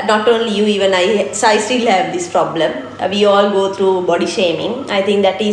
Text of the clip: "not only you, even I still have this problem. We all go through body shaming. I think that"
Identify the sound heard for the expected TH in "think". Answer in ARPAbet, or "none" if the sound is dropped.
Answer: T